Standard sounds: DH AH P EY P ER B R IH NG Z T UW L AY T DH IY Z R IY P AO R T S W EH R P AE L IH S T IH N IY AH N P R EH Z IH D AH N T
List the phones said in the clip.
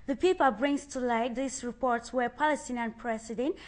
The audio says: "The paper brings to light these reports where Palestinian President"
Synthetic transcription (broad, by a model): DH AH P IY P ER B R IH NG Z T UW L AY T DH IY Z R IY P AO R T S W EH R P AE L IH S T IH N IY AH N P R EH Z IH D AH N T